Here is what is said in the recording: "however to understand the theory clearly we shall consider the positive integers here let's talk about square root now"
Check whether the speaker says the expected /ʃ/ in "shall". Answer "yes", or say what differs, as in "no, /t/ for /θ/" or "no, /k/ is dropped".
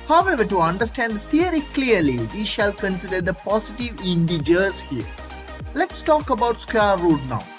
yes